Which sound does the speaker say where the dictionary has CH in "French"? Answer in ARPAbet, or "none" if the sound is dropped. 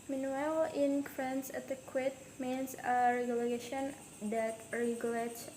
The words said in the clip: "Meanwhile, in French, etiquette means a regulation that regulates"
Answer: S